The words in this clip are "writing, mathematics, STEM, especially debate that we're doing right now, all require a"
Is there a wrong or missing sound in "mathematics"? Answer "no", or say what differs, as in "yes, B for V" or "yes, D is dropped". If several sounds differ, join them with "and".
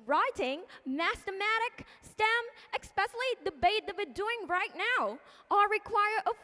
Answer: yes, T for TH